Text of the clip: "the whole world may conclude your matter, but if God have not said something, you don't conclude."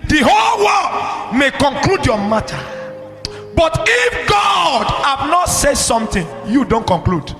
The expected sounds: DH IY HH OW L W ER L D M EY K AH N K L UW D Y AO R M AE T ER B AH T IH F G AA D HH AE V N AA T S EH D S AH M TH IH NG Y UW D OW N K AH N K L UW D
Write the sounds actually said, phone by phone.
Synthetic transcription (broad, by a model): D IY HH OW L W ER D M EY K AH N K L UW D Y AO M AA T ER B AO T IH F G AA D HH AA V N AA T S EH D S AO M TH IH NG Y UW D OW N K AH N K L UW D